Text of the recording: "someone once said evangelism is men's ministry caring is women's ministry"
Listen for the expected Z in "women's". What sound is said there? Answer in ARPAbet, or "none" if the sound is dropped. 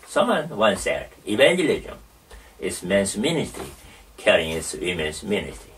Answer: S